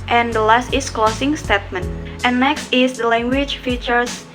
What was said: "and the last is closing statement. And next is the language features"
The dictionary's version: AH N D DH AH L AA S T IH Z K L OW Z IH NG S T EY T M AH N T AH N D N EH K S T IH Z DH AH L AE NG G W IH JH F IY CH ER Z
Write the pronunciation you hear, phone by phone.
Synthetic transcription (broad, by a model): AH N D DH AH L AA S T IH S K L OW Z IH NG S T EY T M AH N T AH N N EH K S T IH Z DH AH L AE NG G W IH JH F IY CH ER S